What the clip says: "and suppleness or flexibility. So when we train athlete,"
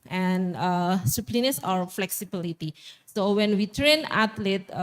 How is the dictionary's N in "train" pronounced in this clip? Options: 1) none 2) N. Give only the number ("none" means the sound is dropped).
2